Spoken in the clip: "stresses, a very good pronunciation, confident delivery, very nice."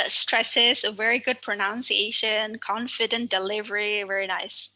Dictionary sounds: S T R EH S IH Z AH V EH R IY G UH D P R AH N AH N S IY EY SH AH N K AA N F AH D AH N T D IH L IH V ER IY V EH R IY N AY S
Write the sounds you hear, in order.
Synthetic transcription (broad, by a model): S T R EH S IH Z AH V EH R IY G UH D P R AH N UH N S IY EY SH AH N K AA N F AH D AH N D IH L IH V ER IY V EH R IY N AY S